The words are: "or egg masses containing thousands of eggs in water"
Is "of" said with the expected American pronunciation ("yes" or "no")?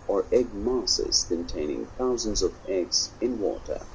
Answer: yes